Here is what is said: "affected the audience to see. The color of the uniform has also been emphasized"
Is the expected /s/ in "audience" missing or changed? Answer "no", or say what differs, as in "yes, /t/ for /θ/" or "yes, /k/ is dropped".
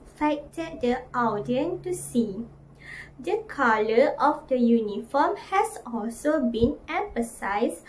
yes, /s/ is dropped